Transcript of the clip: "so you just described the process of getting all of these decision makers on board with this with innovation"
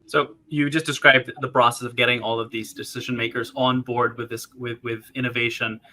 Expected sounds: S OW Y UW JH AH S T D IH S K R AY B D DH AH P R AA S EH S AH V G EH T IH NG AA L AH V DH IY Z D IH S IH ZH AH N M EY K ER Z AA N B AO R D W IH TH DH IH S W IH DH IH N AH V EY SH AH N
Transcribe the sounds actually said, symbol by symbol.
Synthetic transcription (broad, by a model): S OW Y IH JH AH S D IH S K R AY B DH AH P R AA S EH S AH V G EH T IH NG AA L AH V DH IY Z D IH S IH ZH AH N M EY K ER Z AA N B AO R D W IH DH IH S W IH DH IH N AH V EY SH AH N